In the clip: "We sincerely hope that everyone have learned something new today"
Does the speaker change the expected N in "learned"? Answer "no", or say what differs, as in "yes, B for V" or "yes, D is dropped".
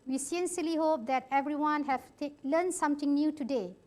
yes, L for N